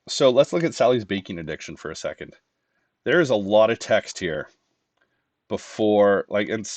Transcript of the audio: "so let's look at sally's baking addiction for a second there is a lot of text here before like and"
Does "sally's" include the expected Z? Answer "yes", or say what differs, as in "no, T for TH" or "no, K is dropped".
yes